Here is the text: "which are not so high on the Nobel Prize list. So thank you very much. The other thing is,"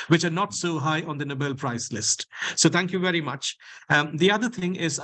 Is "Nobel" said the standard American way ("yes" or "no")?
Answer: yes